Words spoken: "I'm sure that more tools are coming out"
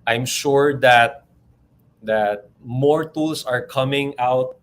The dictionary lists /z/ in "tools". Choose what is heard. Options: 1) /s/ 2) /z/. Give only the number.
1